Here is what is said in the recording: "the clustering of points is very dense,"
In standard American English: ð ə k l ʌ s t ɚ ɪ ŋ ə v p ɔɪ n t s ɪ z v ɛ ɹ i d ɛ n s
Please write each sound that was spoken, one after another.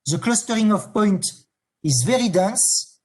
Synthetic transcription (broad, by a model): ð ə k l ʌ s t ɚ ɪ ŋ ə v p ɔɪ n t ɪ z v ɛ ɹ i d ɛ n s